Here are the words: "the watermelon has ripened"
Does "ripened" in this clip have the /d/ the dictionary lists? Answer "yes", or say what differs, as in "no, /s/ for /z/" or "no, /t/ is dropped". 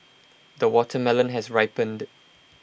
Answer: yes